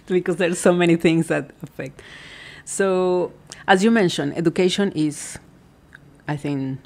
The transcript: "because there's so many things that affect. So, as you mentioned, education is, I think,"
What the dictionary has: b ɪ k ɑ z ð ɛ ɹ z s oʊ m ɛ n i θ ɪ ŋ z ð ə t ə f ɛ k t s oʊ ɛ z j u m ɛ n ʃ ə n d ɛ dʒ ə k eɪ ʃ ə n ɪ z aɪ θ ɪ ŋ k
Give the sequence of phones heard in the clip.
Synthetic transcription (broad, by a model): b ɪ k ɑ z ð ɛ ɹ s oʊ m ɛ n i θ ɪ ŋ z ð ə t ə f ɛ k t s oʊ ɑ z j u m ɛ n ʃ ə n ɛ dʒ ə k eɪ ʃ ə n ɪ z aɪ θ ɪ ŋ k